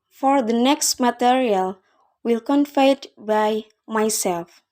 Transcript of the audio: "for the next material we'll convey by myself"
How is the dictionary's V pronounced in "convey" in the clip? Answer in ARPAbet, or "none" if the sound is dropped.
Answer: F